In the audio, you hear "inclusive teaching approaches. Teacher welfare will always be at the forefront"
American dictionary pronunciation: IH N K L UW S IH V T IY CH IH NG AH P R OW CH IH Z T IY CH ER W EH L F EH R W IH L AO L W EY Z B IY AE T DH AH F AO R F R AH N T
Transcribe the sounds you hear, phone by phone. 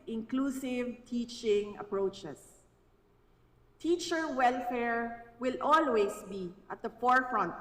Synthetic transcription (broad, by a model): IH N K L UW S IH V T IY CH IH NG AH P R OW CH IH S T IY CH ER W EH L F EH R W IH L AO L W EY S B IY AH T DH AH F AO R F R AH N T